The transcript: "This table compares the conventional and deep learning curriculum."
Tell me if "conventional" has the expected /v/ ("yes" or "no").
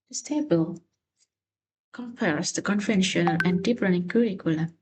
no